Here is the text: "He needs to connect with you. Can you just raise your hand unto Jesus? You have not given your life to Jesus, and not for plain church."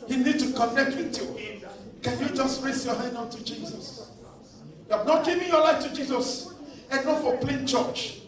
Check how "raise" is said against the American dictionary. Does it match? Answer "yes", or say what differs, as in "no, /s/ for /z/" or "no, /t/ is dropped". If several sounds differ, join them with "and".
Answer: no, /s/ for /z/